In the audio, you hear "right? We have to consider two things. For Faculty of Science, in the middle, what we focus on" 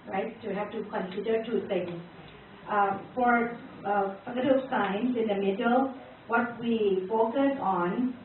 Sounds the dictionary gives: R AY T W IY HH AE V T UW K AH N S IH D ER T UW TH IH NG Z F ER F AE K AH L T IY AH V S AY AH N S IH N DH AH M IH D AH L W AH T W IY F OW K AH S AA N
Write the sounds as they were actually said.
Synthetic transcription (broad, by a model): R AY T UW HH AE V T UW K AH N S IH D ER T UW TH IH NG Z F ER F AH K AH T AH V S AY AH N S IH N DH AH M IH D AH L W AH T W IY F OW K AH S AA N